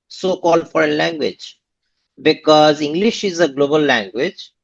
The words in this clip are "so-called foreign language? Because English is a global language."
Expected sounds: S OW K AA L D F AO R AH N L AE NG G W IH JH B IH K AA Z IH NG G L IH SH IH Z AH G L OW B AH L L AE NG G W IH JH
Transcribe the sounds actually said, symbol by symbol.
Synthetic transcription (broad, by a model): S OW K AA L D F AO R AH N L AE NG G W IH JH B IH K AA Z IH NG G L IH SH IH Z AH G L OW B AH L L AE NG G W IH JH